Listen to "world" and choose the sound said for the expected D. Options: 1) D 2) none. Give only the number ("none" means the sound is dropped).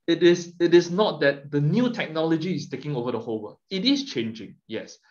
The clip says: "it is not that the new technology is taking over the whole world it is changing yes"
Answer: 2